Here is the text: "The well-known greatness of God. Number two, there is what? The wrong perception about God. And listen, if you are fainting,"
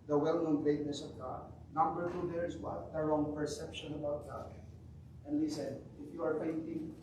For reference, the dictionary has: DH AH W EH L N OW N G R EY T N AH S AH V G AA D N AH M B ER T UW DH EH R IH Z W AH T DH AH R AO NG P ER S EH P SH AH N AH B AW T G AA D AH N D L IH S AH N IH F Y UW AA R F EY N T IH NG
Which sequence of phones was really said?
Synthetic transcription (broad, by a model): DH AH W EH L N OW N G R EY T N AH S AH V G AA D N AH M B ER T UW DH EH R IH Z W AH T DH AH R AO NG P ER S EH P SH AH N AH B AW T G AA D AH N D L IH S AH N IH F Y UW AA R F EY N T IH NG